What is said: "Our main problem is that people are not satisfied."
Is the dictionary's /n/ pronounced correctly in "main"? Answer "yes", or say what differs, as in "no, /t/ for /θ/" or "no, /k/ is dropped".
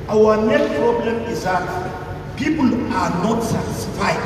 no, /l/ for /n/